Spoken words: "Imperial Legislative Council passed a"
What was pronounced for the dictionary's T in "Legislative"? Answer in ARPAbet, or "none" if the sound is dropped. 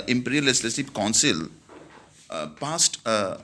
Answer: S